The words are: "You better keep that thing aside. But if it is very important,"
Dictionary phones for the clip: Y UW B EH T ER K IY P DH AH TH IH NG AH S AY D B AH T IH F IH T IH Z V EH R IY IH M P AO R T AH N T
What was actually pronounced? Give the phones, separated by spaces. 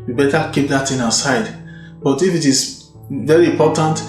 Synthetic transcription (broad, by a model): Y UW B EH T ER K IY P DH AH T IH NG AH S AY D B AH T IH F IH T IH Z V EH R IY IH M P AO T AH N T